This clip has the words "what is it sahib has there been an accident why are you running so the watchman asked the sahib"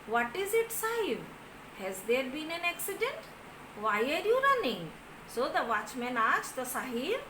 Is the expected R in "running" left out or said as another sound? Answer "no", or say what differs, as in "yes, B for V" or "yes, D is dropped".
no